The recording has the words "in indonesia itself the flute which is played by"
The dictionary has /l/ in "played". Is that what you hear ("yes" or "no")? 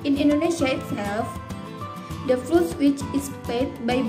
no